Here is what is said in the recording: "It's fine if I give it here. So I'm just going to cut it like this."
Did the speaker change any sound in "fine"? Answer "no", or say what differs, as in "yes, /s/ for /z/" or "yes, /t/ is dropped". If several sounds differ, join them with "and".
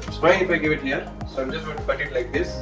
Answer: yes, /n/ is dropped